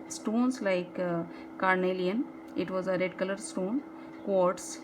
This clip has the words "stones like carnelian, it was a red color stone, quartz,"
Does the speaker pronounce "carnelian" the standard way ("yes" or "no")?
yes